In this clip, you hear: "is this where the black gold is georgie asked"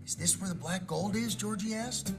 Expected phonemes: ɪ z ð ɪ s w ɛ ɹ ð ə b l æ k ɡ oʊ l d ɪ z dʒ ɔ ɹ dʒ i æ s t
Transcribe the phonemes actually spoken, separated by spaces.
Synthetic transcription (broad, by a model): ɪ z ð ɪ s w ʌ ɹ ð ə b l æ k ɡ oʊ l d ɪ z dʒ ɔ ɹ dʒ i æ s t